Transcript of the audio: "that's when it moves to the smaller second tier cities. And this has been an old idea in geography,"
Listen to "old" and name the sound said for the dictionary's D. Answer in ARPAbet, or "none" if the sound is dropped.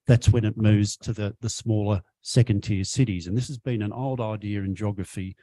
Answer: D